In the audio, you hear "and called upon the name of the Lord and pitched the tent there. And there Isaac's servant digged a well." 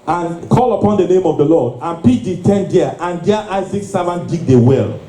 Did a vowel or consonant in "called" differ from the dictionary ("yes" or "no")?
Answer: yes